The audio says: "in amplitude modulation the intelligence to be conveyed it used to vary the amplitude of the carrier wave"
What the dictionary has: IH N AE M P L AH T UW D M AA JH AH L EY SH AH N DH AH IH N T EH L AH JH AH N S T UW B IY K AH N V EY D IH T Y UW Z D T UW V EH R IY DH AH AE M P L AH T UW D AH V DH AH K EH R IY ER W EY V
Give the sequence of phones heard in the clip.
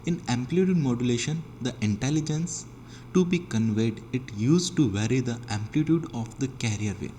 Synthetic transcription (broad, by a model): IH N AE M P L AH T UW D M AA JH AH L EY SH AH N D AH IH N T EH L AH JH AH N S T UW B IY K AH N V EY D IH T Y UW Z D T UW V EH R IY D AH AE M P L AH T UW D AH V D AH K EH R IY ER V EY